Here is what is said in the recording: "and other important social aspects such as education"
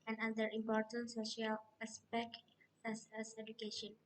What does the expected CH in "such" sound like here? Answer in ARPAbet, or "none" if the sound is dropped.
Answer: S